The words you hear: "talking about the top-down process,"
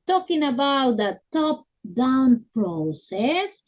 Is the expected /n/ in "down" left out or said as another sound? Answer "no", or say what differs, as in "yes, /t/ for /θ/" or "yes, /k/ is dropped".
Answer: no